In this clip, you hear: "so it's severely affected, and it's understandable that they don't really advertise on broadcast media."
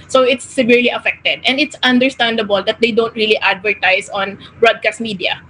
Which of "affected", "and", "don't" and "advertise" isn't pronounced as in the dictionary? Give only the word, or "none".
advertise